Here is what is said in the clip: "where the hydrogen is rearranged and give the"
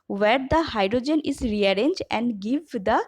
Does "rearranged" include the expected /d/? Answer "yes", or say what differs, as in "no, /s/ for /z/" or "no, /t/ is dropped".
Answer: no, /d/ is dropped